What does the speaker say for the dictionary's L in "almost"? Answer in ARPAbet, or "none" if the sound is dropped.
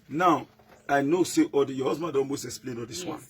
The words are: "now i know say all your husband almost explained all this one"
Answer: N